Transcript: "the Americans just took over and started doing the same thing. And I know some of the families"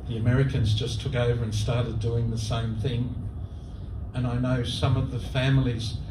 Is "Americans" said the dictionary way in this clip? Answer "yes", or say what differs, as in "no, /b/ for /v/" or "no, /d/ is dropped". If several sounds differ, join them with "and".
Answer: yes